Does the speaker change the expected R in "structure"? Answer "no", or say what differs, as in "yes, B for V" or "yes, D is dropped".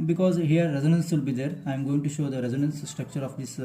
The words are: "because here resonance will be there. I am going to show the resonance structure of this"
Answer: no